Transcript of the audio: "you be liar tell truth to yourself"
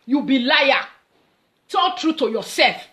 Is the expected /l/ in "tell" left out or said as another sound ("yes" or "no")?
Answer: yes